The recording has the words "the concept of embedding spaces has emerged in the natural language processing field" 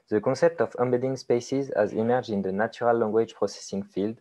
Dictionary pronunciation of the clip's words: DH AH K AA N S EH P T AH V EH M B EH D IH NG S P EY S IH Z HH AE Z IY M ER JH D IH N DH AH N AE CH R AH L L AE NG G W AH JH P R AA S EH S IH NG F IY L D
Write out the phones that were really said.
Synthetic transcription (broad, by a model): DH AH K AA S EH P T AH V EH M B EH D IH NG S P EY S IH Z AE Z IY M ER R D IH N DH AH N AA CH R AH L L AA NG G W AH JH P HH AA S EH S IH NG F IY L D